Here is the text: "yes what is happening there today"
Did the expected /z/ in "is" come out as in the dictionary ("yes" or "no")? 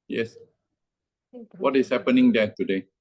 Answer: no